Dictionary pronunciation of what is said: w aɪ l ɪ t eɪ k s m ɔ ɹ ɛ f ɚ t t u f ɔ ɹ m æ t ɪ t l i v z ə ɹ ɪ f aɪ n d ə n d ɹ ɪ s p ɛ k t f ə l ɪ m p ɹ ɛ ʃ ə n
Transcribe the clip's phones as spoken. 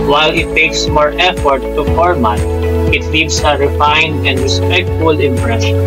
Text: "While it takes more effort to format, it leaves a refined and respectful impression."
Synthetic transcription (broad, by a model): w aɪ l ɪ t eɪ k s m ɔ ɹ ɛ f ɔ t t u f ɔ ɹ m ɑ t ɪ t l i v s ə ɹ ɪ f aɪ n d ə n d ɹ ɪ s p ɛ k t f ə l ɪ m p ɹ ɛ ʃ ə n